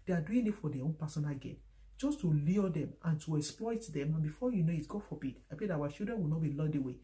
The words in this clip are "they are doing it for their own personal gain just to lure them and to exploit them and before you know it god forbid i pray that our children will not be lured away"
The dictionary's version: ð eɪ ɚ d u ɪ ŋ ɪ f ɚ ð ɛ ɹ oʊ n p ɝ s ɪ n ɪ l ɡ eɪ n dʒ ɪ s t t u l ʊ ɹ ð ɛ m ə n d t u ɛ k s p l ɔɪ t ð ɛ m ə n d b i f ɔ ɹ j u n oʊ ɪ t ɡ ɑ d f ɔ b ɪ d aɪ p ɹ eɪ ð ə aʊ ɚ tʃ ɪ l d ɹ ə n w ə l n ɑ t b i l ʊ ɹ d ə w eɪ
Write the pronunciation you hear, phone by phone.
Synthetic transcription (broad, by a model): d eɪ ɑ d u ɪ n ɪ f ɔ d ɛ oʊ n p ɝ s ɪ n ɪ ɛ ɡ eɪ n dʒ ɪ s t t u l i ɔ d ɛ m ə n t u ɛ k s p l ɔɪ t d ɛ m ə n b i f ɔ j u n oʊ ɪ t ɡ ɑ f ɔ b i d aɪ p eɪ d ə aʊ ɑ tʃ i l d ɹ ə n w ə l n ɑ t b i l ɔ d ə w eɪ